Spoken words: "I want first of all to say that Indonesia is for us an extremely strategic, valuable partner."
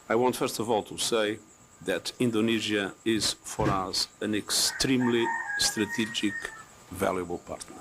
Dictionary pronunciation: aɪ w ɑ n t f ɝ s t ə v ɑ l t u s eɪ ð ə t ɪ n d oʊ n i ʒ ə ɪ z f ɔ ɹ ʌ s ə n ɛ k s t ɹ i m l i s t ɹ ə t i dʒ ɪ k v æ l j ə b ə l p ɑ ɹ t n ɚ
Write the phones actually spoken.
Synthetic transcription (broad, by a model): aɪ w ɑ n t f ɝ s t ə v ɑ l t u s eɪ ð ə t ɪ n d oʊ n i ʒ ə ɪ z f ɔ ɹ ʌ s ə n ɛ k s t ɹ i m l i s t ɹ ə t i dʒ ɪ k v æ l j ə b ə l p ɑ ɹ t n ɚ